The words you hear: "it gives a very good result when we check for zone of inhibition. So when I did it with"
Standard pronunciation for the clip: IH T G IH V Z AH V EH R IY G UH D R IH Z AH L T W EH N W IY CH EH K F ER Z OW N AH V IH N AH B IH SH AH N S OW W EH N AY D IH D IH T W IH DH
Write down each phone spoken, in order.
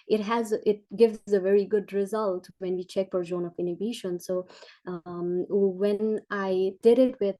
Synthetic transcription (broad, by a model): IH T G IH V Z AH V EH R IY G UH D R IH Z AH L T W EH N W IY CH EH K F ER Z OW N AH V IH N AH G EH SH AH N S OW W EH N AY D IH D IH T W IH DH